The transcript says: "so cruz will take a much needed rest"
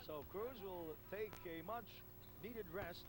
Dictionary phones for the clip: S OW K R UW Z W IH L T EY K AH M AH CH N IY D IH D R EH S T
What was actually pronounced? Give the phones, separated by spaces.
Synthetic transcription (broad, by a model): S OW K R UW Z W IH L T EY K AH M AH CH N IY D IH D R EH S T